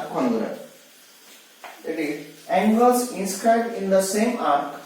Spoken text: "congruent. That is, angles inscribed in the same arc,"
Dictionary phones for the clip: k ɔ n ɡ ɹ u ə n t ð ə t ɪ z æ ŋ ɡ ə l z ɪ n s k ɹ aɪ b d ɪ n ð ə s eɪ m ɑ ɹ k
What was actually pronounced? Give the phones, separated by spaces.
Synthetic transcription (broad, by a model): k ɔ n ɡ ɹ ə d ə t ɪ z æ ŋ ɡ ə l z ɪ n s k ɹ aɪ d ɪ n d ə s eɪ m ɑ ɹ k